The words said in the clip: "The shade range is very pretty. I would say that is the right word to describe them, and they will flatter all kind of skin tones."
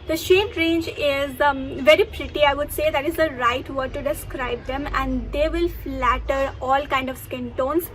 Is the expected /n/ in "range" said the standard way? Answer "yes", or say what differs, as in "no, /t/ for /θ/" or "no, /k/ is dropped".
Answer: yes